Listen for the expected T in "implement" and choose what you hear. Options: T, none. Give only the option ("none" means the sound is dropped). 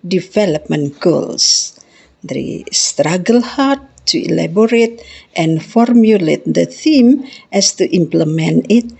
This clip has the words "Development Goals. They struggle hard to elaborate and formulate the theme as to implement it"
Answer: none